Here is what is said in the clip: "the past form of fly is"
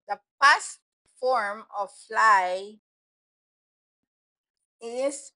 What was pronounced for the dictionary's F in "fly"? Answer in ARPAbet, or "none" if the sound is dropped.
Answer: F